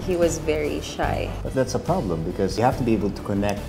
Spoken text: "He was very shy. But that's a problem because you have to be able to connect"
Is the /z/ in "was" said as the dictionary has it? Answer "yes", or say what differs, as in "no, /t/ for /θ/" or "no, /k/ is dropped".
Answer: yes